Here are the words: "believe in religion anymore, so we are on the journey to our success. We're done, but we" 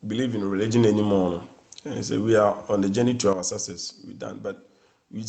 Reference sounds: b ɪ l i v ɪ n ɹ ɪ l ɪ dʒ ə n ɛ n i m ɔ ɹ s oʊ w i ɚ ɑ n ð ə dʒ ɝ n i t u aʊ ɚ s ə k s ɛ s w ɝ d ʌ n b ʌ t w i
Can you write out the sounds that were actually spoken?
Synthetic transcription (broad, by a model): b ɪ l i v ɪ n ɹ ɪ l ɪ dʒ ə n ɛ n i m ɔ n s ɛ w i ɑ ɑ n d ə dʒ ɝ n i t u aʊ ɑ s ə s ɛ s w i d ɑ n b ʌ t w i